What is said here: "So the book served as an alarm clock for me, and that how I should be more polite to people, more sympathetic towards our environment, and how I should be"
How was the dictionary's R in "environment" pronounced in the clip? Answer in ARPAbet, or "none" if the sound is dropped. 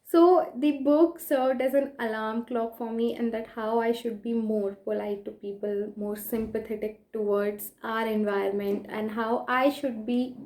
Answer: none